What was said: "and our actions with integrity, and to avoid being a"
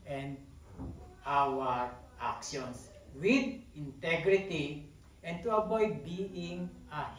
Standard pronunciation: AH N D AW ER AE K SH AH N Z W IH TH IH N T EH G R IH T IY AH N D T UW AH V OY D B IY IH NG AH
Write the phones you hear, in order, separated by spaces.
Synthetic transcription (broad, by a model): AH N D AW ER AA K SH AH N S W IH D IH N T EH G R IH T IY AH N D T UW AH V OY D B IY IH NG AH